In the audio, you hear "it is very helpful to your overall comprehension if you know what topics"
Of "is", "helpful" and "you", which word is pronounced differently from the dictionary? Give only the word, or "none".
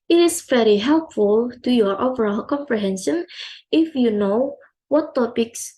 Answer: is